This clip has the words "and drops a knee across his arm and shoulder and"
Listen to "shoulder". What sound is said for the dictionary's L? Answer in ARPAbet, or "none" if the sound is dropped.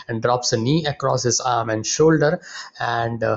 L